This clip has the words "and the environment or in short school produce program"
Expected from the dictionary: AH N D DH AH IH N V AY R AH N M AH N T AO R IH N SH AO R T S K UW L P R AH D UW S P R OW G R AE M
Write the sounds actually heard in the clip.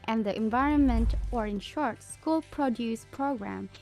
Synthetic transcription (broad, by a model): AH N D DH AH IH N V AY R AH N M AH N T AO R IH N SH AO R T S K UW L P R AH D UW S P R OW G R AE M